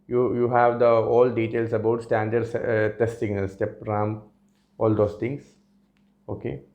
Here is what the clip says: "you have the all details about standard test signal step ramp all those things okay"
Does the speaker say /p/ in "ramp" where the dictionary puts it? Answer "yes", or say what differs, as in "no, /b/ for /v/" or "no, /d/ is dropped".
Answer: no, /p/ is dropped